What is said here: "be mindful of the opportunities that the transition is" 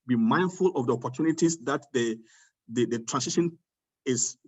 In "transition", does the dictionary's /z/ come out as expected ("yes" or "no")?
no